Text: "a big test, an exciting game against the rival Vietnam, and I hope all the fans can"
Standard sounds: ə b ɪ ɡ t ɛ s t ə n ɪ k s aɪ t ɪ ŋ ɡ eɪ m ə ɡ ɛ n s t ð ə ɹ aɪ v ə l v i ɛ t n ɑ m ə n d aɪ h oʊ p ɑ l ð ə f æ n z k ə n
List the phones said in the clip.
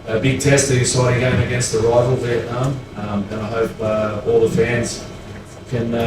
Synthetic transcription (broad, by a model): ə b ɪ ɡ t ɛ s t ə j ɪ s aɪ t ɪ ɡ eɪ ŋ ə ɡ ɛ n s t ð ə ɹ aɪ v l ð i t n m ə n aɪ h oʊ p ɑ l ð ə f æ n z k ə n